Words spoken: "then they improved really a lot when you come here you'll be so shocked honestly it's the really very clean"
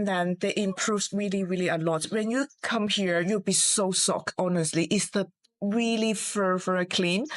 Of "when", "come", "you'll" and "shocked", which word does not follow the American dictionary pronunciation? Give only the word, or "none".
shocked